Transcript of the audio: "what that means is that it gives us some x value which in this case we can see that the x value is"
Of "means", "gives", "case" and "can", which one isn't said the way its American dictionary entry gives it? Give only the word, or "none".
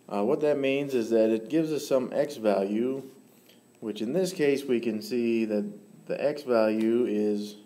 none